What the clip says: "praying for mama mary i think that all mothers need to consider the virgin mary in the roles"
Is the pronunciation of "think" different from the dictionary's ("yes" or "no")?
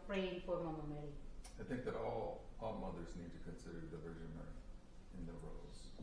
no